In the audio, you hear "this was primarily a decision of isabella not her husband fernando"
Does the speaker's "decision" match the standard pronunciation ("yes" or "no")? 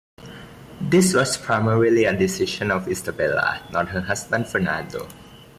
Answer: no